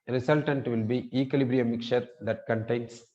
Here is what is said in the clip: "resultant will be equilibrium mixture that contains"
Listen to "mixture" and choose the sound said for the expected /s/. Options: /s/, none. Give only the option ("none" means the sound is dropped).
none